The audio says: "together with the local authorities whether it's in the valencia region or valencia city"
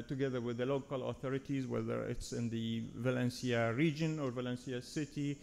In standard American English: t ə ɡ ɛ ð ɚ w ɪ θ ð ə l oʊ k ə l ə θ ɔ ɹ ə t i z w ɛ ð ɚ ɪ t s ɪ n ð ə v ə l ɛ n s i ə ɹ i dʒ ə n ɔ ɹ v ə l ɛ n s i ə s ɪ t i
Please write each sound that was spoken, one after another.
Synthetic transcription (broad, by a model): t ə ɡ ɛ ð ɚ w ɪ ð ə l oʊ k ə l ə θ ɔ ɹ ə t i z w ɛ ð ɚ ɪ t s ɪ n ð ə v ə l ɛ n s i ə ɹ i dʒ ə n ɔ ɹ v ə l ɛ n s i ə s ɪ t i